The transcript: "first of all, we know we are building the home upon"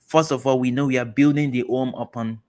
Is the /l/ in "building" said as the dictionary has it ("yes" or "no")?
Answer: yes